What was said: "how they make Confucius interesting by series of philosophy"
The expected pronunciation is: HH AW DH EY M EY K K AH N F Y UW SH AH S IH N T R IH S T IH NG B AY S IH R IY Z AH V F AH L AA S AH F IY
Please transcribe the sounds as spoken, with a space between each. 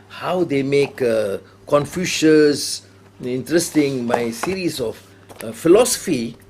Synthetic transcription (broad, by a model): HH AW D EY M EY K K AH N F Y UW SH AH S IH N T R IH S T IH NG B AY S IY R IY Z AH F F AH L AA S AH F IY